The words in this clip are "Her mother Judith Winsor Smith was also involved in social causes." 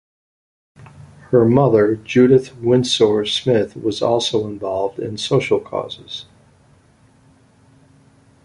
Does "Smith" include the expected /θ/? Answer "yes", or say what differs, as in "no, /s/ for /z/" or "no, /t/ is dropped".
yes